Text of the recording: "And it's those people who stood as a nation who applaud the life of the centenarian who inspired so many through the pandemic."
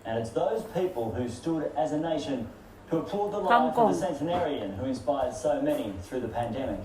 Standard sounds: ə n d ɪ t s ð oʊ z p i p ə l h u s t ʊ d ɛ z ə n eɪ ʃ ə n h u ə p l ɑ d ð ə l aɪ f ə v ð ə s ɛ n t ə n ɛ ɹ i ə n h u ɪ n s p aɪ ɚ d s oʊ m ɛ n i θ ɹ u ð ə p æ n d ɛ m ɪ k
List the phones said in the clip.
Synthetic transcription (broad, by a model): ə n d ɪ t s ð oʊ z p i p ə l h u s t ʊ d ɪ z ə n eɪ ʃ ə n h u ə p ɑ d ð ə l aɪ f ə ð ə s ɛ n t ə n ɛ ɹ i ə n h u ɪ n s p aɪ ɚ d s oʊ m ɛ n i θ ɹ u ð ə p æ n d ɛ m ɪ k